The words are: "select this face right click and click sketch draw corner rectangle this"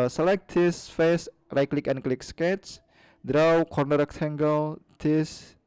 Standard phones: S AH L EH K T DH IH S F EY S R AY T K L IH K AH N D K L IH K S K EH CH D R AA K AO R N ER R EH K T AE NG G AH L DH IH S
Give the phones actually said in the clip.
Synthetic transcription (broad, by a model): S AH L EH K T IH S F EY S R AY K L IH K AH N K L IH K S K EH S D R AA K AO R N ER R EH K T AE NG G AH L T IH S